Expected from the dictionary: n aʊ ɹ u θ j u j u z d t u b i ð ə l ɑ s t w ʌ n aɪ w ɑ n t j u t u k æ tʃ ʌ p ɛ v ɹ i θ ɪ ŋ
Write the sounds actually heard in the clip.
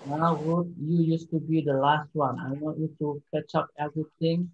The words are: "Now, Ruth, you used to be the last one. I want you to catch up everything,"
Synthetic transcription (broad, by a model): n aʊ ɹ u t j u j u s t u b i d ə l ɑ s t w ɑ n aɪ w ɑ t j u t u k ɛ tʃ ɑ p ɛ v ɹ i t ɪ ŋ